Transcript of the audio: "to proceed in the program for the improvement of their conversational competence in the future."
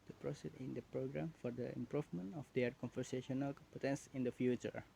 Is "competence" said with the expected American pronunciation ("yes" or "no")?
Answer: no